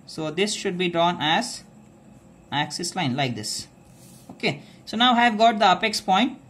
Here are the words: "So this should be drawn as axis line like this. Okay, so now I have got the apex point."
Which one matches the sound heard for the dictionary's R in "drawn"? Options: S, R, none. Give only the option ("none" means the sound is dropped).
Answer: R